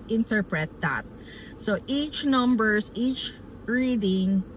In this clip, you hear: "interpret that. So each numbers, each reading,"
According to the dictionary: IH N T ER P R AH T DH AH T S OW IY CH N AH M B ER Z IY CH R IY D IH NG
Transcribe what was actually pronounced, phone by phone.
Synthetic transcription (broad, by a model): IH N T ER P R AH T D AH T S OW IY CH N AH M B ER S IY CH R IY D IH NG